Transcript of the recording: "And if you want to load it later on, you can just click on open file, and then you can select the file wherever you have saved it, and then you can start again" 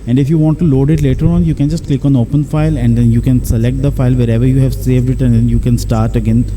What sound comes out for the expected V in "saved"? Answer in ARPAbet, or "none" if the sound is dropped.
V